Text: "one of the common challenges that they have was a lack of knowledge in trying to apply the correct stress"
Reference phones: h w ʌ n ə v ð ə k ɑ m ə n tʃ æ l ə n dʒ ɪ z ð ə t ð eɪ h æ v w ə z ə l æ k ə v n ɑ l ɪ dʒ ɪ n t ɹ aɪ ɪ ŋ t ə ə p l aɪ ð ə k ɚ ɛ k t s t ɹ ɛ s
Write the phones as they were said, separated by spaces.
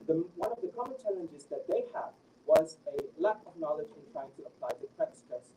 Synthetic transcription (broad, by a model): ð w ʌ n ə v ð ə k ɑ m ə n tʃ æ l ə n dʒ ɪ z ð ə t ð eɪ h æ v w ə z ə l æ k ə v n ɑ l ɪ dʒ ɪ n t ɹ aɪ ɪ ŋ t ə ə p l aɪ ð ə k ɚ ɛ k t s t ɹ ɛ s